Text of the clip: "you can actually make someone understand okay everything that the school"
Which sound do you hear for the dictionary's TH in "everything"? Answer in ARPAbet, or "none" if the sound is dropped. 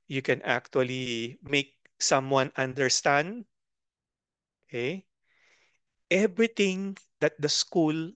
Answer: T